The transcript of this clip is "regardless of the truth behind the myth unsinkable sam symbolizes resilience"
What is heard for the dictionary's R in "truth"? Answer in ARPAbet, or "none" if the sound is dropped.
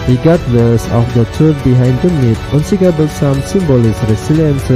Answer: none